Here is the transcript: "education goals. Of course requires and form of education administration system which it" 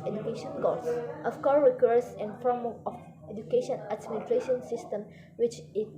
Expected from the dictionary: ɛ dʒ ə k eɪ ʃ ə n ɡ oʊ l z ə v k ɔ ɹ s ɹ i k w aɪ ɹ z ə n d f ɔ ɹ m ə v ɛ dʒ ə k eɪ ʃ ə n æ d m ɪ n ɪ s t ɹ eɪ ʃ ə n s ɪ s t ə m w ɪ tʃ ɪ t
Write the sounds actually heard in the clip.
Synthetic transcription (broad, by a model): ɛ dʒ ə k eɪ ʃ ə n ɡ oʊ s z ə f k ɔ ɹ ɹ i k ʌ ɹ s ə n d f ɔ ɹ m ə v ɛ dʒ ə k eɪ ʃ ə n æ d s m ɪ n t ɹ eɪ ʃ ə n s ɪ s t ə m w ɪ tʃ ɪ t